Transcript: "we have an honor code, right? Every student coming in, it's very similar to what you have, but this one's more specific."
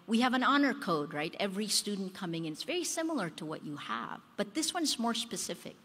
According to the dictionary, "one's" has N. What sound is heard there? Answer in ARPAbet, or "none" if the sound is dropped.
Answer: N